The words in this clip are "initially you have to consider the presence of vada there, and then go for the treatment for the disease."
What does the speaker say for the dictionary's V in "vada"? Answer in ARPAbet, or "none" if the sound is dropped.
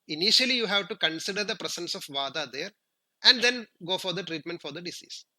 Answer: V